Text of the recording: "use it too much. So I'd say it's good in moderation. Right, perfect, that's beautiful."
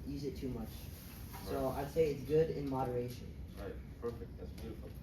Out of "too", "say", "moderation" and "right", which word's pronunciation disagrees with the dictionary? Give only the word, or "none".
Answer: none